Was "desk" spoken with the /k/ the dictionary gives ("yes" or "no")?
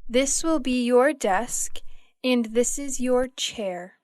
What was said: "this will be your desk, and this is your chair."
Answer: yes